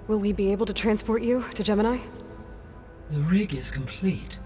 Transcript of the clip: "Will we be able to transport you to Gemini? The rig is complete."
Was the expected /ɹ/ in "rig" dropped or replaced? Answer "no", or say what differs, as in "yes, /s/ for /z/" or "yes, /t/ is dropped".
no